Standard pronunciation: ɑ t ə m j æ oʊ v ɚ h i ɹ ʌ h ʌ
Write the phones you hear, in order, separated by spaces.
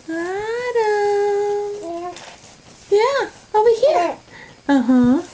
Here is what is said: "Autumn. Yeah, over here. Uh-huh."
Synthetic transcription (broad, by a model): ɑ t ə j æ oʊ i h i ɹ ʌ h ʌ